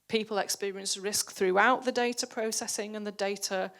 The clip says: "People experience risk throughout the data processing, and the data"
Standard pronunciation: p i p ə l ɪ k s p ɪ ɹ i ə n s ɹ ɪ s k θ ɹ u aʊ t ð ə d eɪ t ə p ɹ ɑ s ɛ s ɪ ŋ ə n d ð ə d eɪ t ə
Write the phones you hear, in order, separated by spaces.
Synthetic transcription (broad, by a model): p i p ə l ɪ k s p ɪ ɹ i ə n s ɹ ɪ s k θ ɹ u aʊ t ð ə d eɪ t ə p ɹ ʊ s ɛ s ɪ ŋ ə n ð ə d eɪ t ə